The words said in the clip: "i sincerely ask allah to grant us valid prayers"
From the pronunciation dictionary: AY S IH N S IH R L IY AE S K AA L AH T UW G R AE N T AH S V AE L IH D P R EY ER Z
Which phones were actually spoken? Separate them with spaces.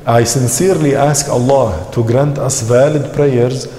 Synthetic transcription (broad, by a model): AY S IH N S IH R L IY AE S K AA L AH T UW G R AE N T AH S V AE L IH D P R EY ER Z